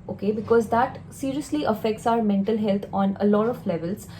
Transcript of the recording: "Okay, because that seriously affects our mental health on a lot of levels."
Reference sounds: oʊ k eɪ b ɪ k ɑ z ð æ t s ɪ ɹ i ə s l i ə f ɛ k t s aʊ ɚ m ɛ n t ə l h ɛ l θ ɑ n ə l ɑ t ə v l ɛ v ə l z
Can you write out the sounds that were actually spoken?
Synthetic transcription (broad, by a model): oʊ k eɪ b ɪ k ɑ z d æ t s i ɹ i ə s l i ə f ɛ k t s aʊ ɚ m ɛ n t ə l h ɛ l t ɑ n ə l ɑ t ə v l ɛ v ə l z